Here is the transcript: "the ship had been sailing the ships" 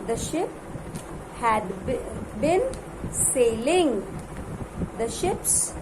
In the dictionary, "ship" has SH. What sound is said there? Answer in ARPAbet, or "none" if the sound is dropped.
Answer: SH